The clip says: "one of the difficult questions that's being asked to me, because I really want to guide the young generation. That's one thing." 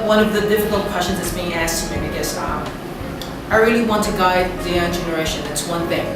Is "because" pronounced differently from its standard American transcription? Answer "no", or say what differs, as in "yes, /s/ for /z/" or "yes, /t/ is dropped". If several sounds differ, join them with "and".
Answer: yes, /z/ is dropped